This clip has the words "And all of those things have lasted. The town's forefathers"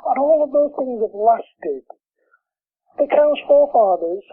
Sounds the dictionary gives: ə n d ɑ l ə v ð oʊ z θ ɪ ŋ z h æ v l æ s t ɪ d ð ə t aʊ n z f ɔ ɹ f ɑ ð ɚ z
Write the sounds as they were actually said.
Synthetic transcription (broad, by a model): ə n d ɑ l ə v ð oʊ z θ ɪ ŋ z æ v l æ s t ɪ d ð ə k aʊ z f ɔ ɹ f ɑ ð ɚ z